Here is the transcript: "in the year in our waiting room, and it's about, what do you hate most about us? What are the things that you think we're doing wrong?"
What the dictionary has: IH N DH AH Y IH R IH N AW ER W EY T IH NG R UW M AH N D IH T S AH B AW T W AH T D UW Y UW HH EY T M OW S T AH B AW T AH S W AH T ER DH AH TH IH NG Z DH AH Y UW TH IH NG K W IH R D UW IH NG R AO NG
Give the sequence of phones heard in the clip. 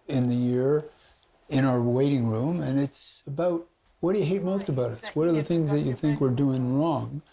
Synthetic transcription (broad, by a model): IH N DH AH Y IH R IH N AW ER W EY T IH NG R UW M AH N IH T S AH B AW T W AH T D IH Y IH HH EY T M OW S T AH B AW T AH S W AH T ER DH AH TH IH NG Z DH AH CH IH TH IH NG K W IH R D UW IH NG R AO NG